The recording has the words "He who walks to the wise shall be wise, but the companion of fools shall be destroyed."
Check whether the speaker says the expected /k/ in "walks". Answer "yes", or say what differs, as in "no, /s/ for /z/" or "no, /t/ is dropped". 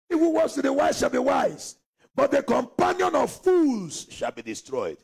no, /k/ is dropped